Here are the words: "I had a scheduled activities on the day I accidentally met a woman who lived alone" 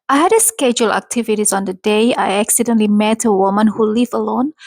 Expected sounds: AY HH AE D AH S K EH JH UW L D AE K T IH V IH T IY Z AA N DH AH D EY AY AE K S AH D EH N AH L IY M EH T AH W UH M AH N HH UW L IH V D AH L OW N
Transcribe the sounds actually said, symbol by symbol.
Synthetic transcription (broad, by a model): AY HH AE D AH S K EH JH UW L AE K T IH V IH T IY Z AA N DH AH D EY AY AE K S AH D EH N L IY M EH T AH W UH M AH N HH UW L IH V AH L OW N